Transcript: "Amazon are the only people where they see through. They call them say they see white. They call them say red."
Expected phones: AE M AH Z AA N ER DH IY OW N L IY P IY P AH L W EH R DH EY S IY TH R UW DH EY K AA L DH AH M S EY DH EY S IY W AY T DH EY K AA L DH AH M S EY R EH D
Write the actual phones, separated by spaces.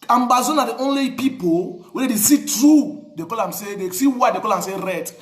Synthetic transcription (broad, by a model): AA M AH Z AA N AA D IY OW N L IY P IY P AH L W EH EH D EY S IY T R UW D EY K AA L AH M S EY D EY S IY W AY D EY K AA L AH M S EY R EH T